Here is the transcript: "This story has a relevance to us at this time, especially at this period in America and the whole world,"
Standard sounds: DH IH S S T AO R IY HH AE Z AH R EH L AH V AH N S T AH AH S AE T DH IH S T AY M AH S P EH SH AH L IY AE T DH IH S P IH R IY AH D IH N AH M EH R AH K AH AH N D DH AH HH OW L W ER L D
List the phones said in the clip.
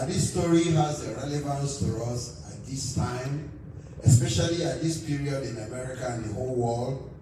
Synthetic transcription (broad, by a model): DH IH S S T AO R IY HH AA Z AH R EH L AH V AH N S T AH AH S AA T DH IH S T AY M AH S P EH SH AH L IY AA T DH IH S P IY R IY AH D IH N AH M EH R AH K AH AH N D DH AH HH OW L W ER L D